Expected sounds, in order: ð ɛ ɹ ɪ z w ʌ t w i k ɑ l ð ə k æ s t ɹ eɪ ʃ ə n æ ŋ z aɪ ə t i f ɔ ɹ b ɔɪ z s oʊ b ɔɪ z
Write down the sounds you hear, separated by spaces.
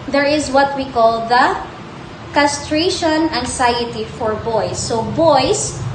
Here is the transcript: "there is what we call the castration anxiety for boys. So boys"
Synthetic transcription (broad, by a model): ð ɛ ɹ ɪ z w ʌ t w i k ɑ l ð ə k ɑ s t ɹ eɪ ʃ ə n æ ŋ s aɪ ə t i f ɔ ɹ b ɔɪ s oʊ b ɔɪ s